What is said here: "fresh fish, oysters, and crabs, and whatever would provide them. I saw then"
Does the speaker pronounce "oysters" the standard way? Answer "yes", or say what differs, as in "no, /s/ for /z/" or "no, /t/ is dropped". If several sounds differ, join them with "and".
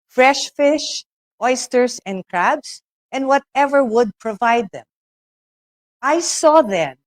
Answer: no, /s/ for /z/